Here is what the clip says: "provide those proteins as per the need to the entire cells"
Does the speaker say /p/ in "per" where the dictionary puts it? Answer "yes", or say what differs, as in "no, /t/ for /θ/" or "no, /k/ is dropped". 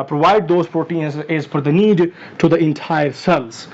no, /f/ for /p/